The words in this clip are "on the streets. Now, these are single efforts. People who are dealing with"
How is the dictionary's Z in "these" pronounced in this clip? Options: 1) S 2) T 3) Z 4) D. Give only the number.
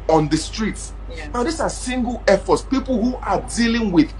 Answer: 1